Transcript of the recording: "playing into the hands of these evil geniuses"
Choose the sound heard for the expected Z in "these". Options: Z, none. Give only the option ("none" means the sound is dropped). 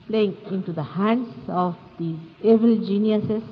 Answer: none